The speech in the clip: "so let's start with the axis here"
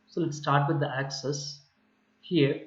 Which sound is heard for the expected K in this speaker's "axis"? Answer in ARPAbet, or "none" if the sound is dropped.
K